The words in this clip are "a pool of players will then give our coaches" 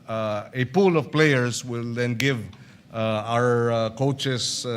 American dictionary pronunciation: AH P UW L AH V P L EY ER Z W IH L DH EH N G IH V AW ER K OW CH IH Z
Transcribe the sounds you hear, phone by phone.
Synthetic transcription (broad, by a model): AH P UW L AH V P L EY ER S W IH L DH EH N G IH V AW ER K OW CH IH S